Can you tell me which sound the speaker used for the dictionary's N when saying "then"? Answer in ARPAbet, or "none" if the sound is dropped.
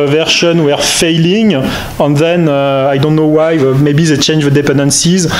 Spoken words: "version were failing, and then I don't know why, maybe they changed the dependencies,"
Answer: N